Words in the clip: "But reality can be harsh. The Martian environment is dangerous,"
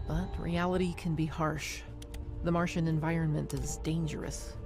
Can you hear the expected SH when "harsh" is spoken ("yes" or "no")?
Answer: yes